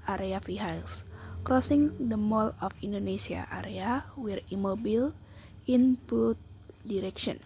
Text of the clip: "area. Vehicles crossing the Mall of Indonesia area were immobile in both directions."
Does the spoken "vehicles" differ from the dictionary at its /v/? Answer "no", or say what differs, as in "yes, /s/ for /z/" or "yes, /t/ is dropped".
yes, /f/ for /v/